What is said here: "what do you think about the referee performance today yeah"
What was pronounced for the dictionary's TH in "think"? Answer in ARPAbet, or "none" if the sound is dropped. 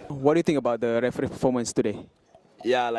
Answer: T